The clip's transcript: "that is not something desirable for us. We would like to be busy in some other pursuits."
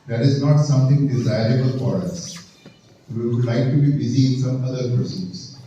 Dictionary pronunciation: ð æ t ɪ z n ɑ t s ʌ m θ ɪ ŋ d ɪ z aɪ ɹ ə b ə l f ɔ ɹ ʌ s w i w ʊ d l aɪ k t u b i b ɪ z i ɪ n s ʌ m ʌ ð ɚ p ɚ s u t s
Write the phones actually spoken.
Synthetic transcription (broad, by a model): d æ t ɪ z n ɑ t s ʌ m t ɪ ŋ d ɪ z aɪ ɹ ə b ə l f ɔ ɹ ʌ s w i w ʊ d l aɪ k t u b i b ɪ z i ɪ n s ʌ m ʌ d ɚ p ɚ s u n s